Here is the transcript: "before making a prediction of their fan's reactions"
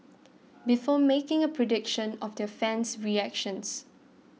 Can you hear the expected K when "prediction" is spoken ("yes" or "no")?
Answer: yes